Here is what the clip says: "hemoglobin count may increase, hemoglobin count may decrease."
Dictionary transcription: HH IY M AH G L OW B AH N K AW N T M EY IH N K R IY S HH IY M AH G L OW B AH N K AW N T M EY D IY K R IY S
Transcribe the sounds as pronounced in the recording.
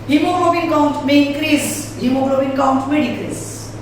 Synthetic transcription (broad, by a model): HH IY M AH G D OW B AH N K AW N T M EY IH K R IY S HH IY M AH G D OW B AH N K AW N T M EY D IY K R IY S